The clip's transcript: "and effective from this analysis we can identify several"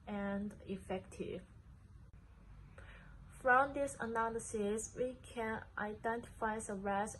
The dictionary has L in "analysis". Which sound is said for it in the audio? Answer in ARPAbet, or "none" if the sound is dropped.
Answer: L